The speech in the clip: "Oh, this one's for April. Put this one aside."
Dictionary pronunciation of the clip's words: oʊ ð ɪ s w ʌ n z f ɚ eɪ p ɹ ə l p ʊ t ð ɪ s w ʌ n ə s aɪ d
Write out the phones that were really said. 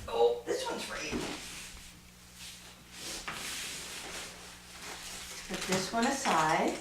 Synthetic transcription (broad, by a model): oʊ ð ɪ s w ʌ n z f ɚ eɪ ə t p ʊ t ð ɪ s w ʌ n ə s aɪ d